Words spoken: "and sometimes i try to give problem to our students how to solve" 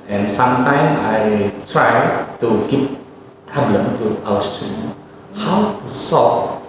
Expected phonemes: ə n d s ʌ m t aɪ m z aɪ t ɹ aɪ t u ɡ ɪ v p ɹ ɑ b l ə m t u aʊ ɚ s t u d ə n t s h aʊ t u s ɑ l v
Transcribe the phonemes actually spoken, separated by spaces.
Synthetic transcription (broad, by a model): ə n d s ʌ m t aɪ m aɪ t ɹ aɪ t u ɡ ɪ p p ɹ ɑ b l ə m t u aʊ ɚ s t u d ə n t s h aʊ t u s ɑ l